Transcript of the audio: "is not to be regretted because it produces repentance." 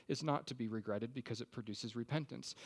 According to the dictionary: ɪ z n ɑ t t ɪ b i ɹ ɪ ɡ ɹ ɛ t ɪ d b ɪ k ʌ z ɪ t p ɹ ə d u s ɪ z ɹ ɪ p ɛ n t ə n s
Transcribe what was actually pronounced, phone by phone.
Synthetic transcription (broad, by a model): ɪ z n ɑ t t ɪ b i ɹ ɪ ɡ ɹ ɛ t ɪ d b ɪ k ʌ z ɪ t p ɹ ə d u s ɪ z ɹ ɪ p ɛ n t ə n s